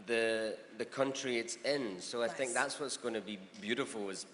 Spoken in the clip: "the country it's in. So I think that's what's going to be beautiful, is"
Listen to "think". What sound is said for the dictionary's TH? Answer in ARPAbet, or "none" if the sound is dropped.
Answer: TH